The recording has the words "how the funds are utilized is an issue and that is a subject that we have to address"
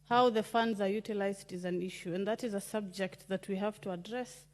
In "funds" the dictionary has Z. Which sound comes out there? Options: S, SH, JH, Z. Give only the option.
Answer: Z